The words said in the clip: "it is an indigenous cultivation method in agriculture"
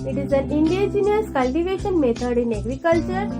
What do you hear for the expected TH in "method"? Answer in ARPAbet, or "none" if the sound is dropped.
T